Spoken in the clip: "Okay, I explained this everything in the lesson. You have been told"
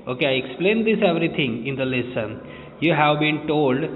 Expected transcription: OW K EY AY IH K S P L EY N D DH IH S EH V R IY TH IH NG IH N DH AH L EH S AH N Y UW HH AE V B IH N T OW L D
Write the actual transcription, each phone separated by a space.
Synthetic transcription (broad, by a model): OW K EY AY IH K S P L EY N D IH S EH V R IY T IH NG IH N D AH L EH S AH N Y UW HH AE V B IH N T OW L D